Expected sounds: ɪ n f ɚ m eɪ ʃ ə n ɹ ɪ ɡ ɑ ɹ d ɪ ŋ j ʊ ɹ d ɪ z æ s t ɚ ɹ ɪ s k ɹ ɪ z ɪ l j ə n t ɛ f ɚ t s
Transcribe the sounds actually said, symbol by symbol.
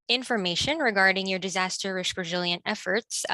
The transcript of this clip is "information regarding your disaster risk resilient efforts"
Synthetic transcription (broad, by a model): ɪ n f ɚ m eɪ ʃ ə n ɹ ɪ ɡ ɑ ɹ d ɪ ŋ j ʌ ɹ d ɪ z æ s t ɚ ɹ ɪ ʃ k ɹ ɪ z ɪ l j ə n t ɛ f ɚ t s